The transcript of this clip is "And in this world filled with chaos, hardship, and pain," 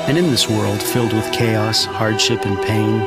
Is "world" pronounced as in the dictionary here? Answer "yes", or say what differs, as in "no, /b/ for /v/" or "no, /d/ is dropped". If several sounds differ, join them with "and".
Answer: yes